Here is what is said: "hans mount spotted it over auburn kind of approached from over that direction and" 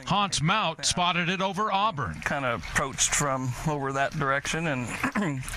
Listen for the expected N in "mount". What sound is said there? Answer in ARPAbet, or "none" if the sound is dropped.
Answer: none